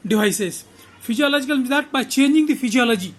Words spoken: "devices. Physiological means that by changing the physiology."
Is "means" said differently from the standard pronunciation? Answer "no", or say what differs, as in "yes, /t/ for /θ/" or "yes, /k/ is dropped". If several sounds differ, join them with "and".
yes, /n/ is dropped